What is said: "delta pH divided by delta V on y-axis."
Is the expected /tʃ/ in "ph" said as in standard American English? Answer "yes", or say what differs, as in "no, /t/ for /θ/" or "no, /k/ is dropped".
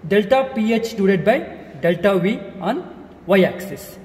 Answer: yes